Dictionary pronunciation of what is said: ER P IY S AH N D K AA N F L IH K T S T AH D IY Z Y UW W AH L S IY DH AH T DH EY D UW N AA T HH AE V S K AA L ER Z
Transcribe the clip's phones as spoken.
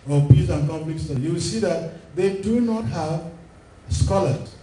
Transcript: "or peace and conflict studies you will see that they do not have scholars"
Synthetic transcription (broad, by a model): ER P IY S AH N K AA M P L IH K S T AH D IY Y UW W AH L S IY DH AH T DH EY D UW N AA T HH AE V S K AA L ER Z